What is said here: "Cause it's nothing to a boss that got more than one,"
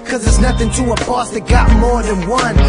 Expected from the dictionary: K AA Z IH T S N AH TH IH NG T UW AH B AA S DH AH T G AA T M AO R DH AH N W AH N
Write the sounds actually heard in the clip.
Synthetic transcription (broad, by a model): K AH Z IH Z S N AH TH IH NG T UW AH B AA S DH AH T G AA T M AO R DH AH N W AH N